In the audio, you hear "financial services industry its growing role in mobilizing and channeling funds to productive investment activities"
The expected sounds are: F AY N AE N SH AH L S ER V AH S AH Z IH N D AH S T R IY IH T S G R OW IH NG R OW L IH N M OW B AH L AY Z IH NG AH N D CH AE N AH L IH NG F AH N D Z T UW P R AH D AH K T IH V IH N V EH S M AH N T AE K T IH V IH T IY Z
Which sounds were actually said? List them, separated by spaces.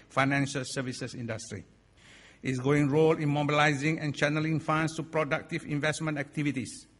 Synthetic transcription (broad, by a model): F AY N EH N SH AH L S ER V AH S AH S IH N D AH S T R IY IH T S G OW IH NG R OW L IH N M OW B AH L AY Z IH NG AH N CH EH N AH L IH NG F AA N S T UW P R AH D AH K T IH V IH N V EH S M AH N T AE K T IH V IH T IY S